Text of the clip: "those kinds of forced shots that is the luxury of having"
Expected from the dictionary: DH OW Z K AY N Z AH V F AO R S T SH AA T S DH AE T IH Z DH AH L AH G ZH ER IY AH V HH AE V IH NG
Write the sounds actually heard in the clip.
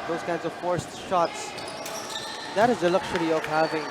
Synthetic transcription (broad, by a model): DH OW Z K AY N Z AH V F AO R S T SH AA T S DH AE T IH Z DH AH L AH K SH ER IY AH V HH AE V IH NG